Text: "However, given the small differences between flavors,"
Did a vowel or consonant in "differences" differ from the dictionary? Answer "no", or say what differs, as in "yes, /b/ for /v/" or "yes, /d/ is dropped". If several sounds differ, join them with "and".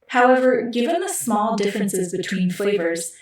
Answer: no